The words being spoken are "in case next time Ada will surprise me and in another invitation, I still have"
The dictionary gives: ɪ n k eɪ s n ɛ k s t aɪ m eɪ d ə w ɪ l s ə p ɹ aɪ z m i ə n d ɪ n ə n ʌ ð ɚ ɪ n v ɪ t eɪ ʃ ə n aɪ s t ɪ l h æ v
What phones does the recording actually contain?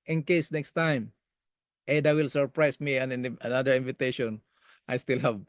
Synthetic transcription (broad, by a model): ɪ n k eɪ s n ɛ k s t aɪ m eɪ d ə w ɪ l s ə p ɹ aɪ s m i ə n ɪ n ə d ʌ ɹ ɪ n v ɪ t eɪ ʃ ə n aɪ s t ɪ l h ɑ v